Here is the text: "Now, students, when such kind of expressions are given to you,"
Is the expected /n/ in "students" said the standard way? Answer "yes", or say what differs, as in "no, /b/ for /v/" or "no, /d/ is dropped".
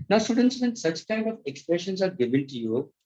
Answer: yes